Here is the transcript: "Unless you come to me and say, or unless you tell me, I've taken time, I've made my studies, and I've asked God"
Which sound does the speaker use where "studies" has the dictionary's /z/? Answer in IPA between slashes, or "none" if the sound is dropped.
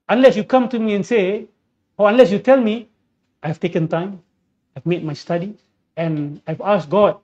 none